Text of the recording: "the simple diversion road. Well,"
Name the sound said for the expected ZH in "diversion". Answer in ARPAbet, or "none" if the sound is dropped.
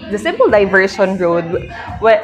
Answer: SH